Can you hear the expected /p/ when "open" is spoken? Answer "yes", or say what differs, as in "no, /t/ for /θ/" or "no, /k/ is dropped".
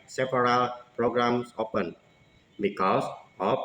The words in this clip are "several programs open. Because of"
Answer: yes